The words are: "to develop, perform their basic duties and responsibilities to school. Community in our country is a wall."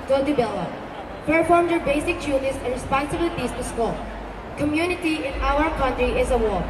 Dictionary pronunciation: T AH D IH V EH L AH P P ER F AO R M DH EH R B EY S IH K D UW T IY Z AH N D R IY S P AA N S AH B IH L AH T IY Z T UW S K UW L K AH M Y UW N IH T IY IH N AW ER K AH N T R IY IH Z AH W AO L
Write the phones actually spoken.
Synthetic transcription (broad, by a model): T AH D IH B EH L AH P P ER F AO R M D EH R B EY S IH K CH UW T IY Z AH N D R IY S P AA N S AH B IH L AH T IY S T UW S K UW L K AH M Y UW N IH T IY IH N AW ER K AH N T R IY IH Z AH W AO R